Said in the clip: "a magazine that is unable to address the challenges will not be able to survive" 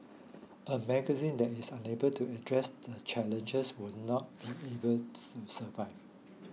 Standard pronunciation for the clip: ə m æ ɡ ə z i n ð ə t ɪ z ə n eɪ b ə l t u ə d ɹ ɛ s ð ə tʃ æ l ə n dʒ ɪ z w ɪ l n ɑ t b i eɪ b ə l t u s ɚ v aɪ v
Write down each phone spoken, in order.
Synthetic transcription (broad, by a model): ə m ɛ ɡ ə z i n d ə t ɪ s ə n eɪ b ə l t u ə d ɹ ɛ s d ə tʃ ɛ l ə n dʒ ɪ s w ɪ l n ɑ t b i eɪ b ə l t u s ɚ v aɪ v